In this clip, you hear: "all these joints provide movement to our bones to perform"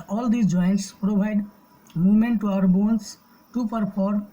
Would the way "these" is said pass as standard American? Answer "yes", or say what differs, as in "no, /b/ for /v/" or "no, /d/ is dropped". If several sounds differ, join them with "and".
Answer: no, /z/ is dropped